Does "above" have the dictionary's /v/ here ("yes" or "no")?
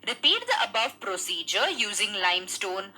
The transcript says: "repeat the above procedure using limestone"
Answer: yes